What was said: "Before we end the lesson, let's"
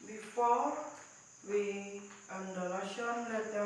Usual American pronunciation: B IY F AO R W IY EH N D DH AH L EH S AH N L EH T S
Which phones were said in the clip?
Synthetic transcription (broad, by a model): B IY F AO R W IY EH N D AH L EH SH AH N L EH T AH